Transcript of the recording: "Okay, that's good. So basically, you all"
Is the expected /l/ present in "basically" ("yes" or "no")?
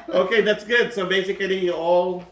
no